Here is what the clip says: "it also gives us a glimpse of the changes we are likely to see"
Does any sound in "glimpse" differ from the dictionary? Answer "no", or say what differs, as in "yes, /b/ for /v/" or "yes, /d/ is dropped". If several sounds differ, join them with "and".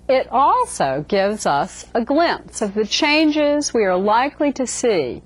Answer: no